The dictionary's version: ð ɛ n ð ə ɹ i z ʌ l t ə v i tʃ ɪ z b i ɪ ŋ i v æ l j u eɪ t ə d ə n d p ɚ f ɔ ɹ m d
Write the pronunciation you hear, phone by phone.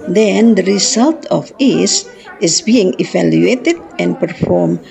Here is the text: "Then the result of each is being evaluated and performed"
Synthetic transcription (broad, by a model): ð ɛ n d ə ɹ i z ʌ l t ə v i s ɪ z b i ɪ ŋ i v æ l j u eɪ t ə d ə n p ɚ f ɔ ɹ m